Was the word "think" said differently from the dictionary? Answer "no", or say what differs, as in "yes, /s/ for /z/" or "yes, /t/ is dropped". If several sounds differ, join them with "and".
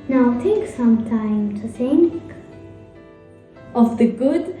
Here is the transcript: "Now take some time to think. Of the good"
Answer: yes, /s/ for /θ/